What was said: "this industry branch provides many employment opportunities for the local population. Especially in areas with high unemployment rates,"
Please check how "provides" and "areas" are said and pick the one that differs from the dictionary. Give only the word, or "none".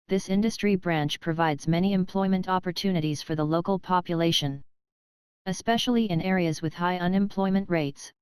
none